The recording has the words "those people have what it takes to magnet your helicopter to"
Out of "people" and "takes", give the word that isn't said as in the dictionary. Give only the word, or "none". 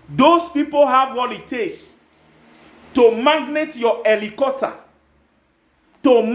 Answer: takes